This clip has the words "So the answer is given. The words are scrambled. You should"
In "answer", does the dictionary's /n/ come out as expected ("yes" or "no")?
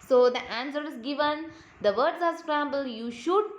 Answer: yes